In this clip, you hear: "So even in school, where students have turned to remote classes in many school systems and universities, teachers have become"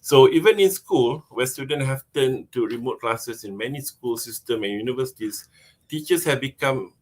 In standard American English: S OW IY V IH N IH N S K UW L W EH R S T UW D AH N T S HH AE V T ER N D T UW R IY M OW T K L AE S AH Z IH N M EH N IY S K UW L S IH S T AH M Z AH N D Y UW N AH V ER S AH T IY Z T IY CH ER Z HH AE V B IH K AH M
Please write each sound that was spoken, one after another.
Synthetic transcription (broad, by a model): S OW IY V IH N IH N S K UW L W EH S T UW D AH N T HH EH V T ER N T UW R IY M OW T K L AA S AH S IH N M EH N IY S K UW L S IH S T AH M AH N Y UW N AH V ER S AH T IY S T IY CH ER S HH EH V B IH K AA M